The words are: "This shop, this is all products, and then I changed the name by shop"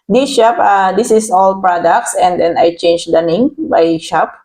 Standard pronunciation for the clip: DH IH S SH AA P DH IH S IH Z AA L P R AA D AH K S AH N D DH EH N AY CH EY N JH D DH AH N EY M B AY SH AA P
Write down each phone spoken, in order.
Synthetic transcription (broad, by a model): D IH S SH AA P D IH S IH S AA L P R AA D AH K S AH N D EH N AY CH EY N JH D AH N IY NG B AY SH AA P